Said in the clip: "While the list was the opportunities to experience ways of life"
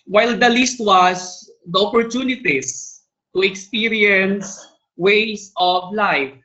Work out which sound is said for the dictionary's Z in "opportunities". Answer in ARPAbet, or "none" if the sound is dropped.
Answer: S